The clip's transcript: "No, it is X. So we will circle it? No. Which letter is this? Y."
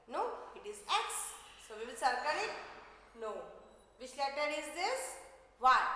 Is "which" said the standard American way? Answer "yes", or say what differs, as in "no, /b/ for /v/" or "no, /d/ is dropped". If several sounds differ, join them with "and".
no, /ʃ/ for /tʃ/